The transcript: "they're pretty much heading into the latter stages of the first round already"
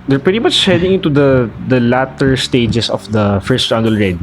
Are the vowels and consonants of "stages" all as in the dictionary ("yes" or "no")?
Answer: no